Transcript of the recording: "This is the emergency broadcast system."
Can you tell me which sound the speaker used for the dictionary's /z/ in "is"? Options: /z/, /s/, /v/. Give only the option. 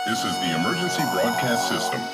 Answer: /z/